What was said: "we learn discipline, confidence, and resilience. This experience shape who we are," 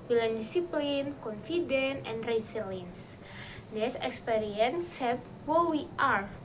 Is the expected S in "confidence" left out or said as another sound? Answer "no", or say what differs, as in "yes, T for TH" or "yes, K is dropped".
yes, S is dropped